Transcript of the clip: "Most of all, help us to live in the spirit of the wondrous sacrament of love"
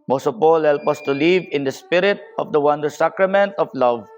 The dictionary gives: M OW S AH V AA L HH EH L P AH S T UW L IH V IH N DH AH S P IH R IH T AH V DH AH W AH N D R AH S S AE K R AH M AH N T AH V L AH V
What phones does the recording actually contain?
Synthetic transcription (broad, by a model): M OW S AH P AA L HH EH L P AH S T UW L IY V IH N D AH S P IH R IH T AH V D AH W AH N D AH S S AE K R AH M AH N T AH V L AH V